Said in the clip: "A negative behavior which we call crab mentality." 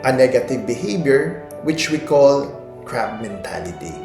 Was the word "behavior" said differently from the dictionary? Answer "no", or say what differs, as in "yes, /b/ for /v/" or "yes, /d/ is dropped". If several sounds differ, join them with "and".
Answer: yes, /b/ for /v/